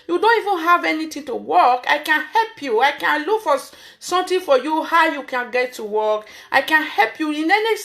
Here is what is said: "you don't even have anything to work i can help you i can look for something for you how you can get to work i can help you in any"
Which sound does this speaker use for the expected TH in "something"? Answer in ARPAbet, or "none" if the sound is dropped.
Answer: T